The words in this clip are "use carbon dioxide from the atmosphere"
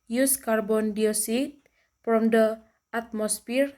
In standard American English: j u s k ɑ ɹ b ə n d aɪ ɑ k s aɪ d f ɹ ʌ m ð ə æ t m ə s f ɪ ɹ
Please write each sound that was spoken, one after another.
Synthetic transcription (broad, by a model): j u s k ɑ ɹ b ə n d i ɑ s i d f ɹ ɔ m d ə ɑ t m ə s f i ɹ